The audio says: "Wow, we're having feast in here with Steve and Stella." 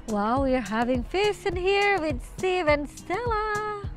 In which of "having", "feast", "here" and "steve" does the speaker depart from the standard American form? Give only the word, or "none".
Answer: feast